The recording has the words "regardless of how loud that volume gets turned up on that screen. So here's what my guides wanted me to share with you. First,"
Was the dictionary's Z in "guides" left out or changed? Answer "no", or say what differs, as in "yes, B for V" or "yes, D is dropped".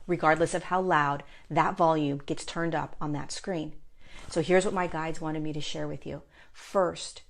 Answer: no